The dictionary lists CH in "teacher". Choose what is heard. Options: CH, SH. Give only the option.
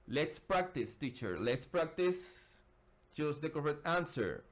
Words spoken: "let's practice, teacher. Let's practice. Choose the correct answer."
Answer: CH